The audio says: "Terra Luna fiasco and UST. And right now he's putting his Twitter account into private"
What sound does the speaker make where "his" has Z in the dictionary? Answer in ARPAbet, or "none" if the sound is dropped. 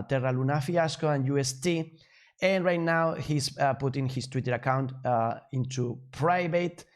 S